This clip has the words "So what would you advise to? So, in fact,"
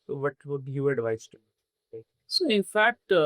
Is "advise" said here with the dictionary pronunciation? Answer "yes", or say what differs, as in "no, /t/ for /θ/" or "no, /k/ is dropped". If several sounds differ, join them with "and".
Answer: no, /s/ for /z/